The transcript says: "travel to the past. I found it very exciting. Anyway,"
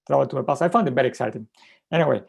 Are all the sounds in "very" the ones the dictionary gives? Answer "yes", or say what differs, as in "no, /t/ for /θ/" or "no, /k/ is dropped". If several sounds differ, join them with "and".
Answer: no, /b/ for /v/